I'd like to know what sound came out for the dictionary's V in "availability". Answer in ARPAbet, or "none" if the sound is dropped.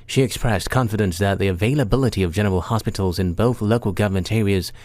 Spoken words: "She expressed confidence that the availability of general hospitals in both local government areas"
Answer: V